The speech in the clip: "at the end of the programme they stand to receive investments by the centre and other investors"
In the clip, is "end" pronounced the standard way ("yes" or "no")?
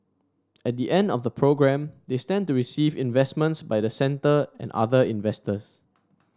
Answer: yes